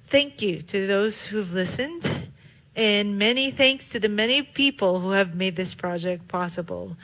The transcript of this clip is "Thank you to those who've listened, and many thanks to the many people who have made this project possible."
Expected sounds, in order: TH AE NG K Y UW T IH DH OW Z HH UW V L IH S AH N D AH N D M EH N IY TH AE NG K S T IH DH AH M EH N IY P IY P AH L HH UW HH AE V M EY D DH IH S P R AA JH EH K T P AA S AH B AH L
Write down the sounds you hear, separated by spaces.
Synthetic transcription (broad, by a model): TH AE NG K Y UW T IH DH OW Z HH UW V L IH S AH N D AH N M EH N IY TH AE NG K S T IH DH AH M EH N IY P IY P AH L HH UW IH V M EY D DH IH S P R AA JH EH K T P AA S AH B L